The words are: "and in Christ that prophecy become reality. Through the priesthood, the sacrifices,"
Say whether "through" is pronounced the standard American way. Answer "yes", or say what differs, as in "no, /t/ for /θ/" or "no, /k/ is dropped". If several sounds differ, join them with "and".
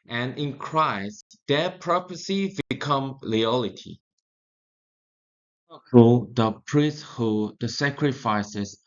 no, /t/ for /θ/